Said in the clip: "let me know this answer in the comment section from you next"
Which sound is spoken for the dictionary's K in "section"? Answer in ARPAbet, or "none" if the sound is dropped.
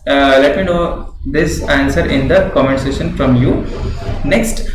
none